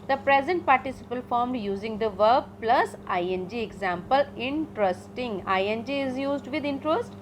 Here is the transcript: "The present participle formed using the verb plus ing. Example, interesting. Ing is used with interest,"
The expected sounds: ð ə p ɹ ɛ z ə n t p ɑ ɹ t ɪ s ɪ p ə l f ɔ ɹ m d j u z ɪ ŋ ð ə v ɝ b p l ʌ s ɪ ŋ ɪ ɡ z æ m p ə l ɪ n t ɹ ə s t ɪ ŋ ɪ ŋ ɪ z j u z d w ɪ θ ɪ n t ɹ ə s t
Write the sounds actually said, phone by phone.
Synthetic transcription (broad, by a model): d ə p ɹ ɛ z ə n t p ɑ ɹ t ɪ s ɪ p ə l f ɔ ɹ m d j u z ɪ ŋ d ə v ɝ b p l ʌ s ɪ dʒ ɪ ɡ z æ m p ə l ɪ n t ɹ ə s t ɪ ŋ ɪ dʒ ɪ z j u z d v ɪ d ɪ n t ɹ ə s t